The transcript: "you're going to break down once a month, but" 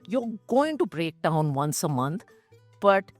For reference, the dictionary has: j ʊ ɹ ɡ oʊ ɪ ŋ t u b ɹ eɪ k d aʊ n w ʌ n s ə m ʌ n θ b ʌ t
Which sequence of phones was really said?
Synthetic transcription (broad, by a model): j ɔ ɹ ɡ oʊ ɪ ŋ t u b ɹ eɪ k d aʊ n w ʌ n s ə m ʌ n t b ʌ t